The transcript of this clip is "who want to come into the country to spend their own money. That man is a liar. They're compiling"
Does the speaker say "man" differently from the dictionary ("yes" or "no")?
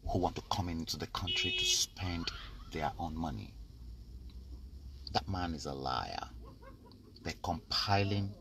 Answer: no